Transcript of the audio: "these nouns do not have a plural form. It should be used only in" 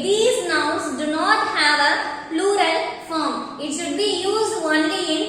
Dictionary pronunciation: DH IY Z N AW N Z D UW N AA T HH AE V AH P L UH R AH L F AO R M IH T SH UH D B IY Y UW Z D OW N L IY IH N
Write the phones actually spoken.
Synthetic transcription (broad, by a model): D IY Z N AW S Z D UW N AA T HH AE V AH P L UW R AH L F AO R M IH T SH UH D B IY Y UW Z D OW N L IY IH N